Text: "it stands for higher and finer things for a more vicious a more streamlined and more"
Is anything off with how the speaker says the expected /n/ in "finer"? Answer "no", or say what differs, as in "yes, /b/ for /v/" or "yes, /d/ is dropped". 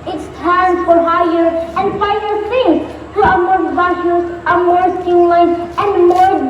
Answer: yes, /n/ is dropped